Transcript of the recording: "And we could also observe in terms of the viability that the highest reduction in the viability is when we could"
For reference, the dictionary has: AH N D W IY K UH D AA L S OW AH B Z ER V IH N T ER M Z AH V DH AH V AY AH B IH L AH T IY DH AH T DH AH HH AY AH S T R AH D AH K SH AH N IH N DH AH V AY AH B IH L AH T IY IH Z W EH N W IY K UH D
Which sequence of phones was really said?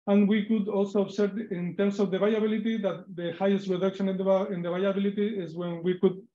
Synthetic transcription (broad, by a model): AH N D W IY K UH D AA L S OW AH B S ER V IH N T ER M S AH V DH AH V AY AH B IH L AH T IY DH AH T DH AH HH AY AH S T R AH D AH K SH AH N IH N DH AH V AY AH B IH L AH T IY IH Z W EH N W IY K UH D